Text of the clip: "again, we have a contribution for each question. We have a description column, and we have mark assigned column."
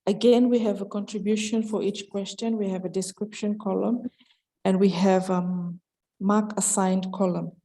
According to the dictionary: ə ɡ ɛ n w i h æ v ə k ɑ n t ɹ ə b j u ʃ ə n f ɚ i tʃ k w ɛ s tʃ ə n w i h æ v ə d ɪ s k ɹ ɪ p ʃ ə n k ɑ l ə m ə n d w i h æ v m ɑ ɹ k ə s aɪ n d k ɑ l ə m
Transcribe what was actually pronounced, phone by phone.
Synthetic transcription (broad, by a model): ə ɡ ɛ n w i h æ v ə k ɑ n t ɹ ə b j u ʃ ə n f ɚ i tʃ k w ɛ s tʃ ə n w i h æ v ə d ɪ s k ɹ ɪ p ʃ ə n k ɑ l ə m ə n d w i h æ v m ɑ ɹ k ə s aɪ n d k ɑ l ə m